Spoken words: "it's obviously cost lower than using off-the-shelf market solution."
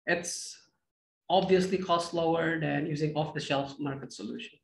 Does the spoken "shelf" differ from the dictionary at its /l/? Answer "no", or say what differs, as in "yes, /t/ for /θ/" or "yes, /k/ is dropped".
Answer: no